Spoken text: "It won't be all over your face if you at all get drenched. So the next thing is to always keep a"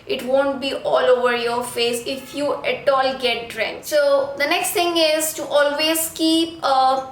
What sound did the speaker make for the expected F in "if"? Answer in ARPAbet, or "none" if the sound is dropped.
F